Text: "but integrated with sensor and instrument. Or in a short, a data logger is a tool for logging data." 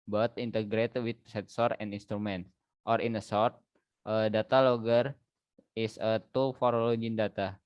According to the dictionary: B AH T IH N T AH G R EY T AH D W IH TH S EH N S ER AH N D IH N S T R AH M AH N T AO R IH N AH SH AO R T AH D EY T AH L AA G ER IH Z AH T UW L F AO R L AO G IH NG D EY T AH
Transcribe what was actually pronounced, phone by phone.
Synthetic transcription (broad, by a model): B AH T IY N T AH G R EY T W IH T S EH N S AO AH N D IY N S T R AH M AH N T AO R IH N AH S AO R T AH D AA T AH L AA G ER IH S AH T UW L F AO R L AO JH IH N D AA T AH